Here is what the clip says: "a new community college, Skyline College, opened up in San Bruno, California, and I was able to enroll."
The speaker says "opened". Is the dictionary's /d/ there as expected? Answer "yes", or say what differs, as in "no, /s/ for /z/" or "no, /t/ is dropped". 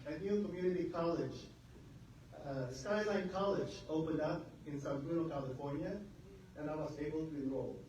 yes